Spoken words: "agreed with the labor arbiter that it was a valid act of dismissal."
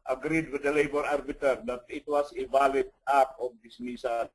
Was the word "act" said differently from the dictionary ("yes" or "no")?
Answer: yes